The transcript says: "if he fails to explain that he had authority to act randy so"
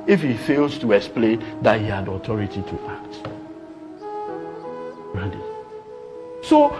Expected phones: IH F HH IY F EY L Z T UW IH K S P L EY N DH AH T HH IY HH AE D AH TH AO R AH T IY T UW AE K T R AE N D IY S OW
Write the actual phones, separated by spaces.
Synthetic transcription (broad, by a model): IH F HH IY F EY L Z T UW IH K S P L EY N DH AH T HH IY HH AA D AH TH AO R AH T IY T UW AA K T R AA D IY S OW